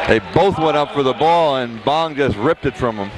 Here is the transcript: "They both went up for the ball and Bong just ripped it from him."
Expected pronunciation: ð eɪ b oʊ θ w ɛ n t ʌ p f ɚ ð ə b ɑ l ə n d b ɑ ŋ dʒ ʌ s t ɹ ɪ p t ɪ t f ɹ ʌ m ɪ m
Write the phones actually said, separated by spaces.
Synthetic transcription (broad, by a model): ð eɪ b oʊ θ w ɛ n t ʌ p f ɚ ð ə b ɑ l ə n b ɑ ŋ dʒ ʌ s t ɹ ɪ p t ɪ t f ɹ ʌ m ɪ m